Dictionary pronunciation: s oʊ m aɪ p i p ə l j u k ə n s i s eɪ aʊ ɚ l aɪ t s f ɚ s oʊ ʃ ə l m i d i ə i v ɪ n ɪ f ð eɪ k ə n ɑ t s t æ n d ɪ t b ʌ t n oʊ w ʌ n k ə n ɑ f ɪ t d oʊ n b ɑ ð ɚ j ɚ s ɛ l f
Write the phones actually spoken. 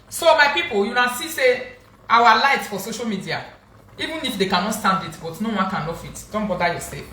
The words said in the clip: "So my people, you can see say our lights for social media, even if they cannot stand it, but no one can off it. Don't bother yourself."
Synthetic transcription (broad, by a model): s oʊ m aɪ p i p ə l j u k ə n s i s eɪ aʊ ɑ l aɪ t s f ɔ s oʊ ʃ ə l m i d i ə i v ɪ n ɪ f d eɪ k ə n ɑ t s t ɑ n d ɪ t b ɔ t n oʊ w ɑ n k ə n ɑ f ɪ t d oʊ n b ɑ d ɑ j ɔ s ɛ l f